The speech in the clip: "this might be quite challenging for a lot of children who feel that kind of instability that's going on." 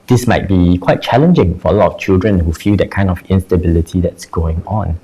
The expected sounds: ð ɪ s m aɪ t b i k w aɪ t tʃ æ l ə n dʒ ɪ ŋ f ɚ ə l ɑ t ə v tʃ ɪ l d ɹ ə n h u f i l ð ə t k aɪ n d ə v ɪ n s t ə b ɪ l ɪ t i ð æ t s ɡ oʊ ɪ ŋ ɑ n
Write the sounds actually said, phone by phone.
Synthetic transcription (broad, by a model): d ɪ s m aɪ t b i k w aɪ t tʃ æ l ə n dʒ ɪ ŋ f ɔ ə l ɑ t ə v tʃ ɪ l d ɹ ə n h u f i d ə t k aɪ n d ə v ɪ n s t ə b ɪ l ɪ t i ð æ t s ɡ oʊ ɪ ŋ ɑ n